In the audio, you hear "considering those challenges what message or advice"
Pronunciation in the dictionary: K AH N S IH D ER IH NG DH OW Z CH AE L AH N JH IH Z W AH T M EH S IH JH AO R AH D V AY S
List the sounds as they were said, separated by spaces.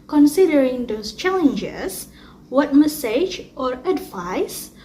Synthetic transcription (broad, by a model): K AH N S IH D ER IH NG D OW S CH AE L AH N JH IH S W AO T M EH S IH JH AO R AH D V AY S